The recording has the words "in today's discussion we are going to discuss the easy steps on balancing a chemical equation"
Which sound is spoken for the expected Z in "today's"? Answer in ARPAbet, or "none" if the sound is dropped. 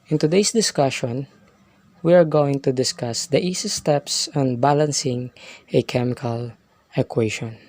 S